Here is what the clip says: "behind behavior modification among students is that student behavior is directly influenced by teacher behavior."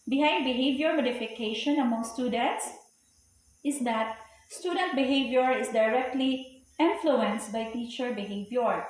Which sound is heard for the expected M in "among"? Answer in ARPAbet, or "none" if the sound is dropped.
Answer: M